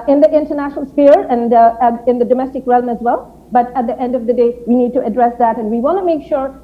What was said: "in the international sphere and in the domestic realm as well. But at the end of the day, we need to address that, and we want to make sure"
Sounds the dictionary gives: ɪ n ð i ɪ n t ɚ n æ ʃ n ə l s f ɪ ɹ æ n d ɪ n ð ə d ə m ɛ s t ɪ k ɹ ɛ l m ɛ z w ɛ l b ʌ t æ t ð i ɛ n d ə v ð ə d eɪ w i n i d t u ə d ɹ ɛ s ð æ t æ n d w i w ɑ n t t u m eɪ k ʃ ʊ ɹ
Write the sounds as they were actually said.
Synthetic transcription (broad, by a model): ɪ n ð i ɪ n t ɚ n æ ʃ n ə l s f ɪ ɹ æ n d ɪ n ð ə d ə m ɛ s t ɪ k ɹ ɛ l m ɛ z w ɛ l b ʌ t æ t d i ɛ n d ə v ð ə d eɪ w i n i d t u ə d ɹ ɛ s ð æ t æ n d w i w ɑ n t t u m eɪ k ʃ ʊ ɹ